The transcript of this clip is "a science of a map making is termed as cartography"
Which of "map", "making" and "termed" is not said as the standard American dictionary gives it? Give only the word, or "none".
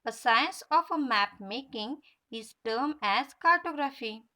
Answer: termed